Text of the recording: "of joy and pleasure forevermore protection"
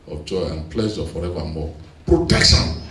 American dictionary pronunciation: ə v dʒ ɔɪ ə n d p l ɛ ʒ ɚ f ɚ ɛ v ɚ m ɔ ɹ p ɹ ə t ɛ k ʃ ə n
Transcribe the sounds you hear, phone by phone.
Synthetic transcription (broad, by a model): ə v dʒ ɔɪ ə n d p l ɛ z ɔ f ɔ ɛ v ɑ m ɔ p ɹ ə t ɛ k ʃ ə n